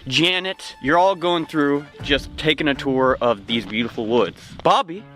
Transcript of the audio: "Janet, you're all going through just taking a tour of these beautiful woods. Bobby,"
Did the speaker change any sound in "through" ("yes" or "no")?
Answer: no